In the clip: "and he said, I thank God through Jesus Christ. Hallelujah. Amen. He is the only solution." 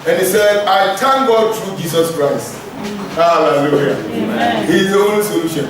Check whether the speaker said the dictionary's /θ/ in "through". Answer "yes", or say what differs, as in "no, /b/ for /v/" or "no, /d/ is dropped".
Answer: no, /t/ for /θ/